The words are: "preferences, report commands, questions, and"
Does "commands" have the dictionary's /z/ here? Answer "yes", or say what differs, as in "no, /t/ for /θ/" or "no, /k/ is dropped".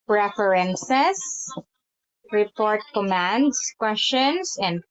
no, /s/ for /z/